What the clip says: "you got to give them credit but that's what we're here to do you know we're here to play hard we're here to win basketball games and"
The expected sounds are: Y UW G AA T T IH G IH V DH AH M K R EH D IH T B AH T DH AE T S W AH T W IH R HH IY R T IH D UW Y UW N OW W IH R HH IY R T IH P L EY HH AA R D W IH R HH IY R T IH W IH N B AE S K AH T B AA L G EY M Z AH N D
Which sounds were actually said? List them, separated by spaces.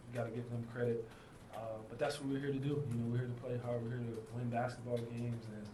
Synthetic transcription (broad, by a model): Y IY G AA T T IH G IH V DH AH M K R EH D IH T B AH T DH AE T S W AH T W IH R HH IY R T IH D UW Y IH N OW W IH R HH IY R T IH P L EY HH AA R W IH R HH IY R T IH W IH N B AE S K AH T B AA L G EY M Z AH N